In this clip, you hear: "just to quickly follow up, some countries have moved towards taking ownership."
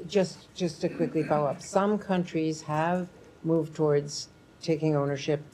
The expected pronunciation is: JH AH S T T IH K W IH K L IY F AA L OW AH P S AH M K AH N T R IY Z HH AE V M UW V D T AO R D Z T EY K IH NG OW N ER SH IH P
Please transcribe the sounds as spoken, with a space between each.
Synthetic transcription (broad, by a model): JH AH S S T IH K W IH K L IY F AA UH AH P S AH M K AH N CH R IY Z HH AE V M UW V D T AO R D Z T EY K IH NG OW N ER SH IH P